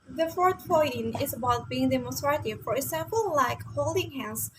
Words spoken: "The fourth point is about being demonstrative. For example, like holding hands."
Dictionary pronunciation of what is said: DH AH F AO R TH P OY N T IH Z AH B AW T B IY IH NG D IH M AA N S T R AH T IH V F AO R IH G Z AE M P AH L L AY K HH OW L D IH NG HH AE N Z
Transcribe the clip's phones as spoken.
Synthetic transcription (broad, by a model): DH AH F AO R T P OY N IH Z AH B AW T B IY IH NG D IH M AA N S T R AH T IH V F AO R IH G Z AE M P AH L L AY K HH OW L D IH NG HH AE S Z